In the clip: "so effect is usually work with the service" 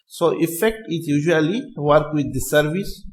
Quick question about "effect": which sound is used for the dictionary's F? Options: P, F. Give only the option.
F